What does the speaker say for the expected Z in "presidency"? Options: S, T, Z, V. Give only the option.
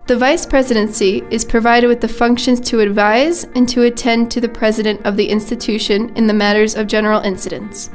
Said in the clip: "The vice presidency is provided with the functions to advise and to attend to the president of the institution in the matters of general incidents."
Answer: Z